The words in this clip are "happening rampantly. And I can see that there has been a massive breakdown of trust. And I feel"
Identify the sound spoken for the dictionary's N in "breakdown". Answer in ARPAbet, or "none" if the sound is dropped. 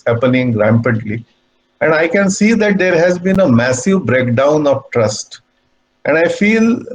N